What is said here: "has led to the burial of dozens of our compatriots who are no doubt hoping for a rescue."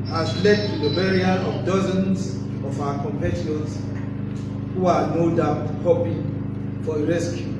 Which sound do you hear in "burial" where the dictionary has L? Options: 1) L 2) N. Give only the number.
2